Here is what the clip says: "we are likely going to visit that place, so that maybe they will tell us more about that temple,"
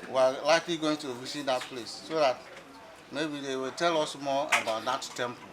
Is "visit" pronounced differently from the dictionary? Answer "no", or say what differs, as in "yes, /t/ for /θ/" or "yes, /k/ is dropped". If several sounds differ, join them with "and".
yes, /s/ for /z/